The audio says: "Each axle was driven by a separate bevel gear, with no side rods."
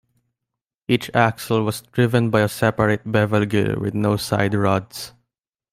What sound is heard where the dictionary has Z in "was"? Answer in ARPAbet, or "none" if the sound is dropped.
S